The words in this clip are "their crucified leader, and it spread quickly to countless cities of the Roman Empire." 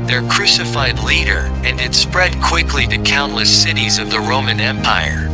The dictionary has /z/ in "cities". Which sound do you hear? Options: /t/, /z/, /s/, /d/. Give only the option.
/z/